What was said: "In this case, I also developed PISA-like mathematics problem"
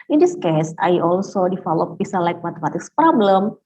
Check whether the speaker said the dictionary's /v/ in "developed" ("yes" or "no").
no